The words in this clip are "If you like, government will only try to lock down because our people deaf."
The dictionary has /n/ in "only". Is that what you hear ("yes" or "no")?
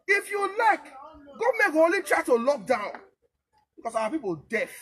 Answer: no